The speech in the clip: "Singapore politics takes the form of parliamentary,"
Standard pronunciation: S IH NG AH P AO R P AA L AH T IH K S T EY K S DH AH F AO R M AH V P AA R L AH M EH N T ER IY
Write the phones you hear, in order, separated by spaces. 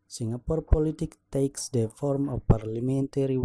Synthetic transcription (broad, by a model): S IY NG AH P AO R P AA L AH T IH K T EY K S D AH F AO R M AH F P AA R L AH M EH N T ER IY